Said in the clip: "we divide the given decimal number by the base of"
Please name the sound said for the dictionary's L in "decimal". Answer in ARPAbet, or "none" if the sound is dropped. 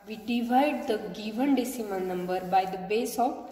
N